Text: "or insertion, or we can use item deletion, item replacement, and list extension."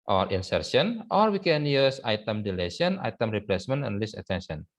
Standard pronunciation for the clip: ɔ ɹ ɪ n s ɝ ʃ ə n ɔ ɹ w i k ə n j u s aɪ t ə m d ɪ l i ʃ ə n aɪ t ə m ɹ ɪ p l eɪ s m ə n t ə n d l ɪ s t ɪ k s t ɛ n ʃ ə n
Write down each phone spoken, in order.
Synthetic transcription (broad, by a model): ɔ ɹ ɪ n s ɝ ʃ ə n ɔ ɹ w i k ə n j u s aɪ t ə m d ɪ l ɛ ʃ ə n aɪ t ə m ɹ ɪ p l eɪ s m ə n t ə n l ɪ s ɪ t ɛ n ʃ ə n